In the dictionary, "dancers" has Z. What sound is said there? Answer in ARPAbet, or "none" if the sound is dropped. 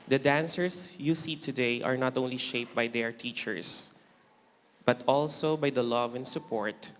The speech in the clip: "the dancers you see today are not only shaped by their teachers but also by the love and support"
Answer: S